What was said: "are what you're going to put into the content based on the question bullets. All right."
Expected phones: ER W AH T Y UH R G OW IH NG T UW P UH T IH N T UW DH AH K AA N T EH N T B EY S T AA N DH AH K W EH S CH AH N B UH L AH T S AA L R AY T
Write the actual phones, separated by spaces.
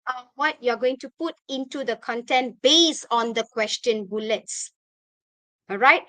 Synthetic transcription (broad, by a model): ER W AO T Y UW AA G OW IH NG T UW P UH T IH N T UW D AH K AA N T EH N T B EY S AA N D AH K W EH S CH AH N B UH L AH T S AA L R AY T